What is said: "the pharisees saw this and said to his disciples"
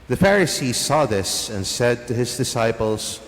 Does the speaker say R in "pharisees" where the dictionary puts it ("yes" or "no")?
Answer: yes